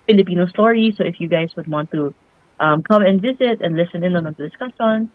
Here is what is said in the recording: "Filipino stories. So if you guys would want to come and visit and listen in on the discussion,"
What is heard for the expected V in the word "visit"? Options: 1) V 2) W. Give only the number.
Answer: 1